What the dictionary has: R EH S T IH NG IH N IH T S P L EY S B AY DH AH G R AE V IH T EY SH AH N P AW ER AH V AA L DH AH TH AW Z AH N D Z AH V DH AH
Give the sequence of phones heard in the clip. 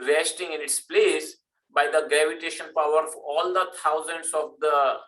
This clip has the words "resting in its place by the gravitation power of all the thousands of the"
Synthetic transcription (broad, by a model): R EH S T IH NG IH N IH T S P L EY S B AY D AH G R AE V IH T EY SH AH N P AW ER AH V AA L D AH T AW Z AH N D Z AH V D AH